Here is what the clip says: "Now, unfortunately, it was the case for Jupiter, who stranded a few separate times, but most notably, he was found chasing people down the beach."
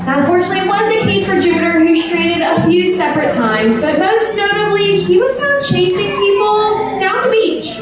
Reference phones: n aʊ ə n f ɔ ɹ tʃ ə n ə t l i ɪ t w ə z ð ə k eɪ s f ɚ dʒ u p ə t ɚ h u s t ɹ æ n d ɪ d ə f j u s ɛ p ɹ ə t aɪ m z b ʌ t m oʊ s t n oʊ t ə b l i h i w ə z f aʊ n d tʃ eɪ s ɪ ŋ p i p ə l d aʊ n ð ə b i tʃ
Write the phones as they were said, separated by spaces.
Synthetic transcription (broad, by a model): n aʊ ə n f ɔ ɹ tʃ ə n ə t l i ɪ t w ə z ð ə k eɪ s f ɚ dʒ u p ə t ɚ h u s t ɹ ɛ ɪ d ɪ d ə f j u s ɛ p ɹ ə t aɪ m z b ʌ t m oʊ s t n oʊ t ə b l i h i w ə z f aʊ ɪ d tʃ eɪ s ɪ ŋ p i p l d aʊ n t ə b i tʃ